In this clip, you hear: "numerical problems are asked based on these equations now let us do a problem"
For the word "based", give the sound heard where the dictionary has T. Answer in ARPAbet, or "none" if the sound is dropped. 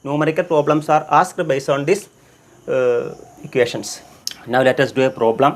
none